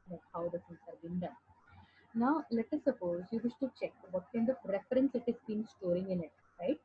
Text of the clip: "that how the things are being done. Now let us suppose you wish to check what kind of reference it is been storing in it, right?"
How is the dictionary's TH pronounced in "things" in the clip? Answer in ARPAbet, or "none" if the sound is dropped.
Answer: S